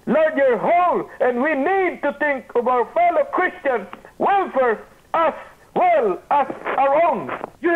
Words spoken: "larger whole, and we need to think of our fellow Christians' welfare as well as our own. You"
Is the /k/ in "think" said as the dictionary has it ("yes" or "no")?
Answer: yes